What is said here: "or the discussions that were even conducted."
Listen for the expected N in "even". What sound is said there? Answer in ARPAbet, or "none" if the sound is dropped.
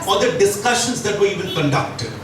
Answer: L